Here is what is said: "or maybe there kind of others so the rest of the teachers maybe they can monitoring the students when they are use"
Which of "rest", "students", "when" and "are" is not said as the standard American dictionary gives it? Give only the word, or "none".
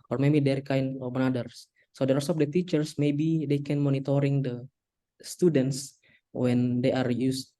rest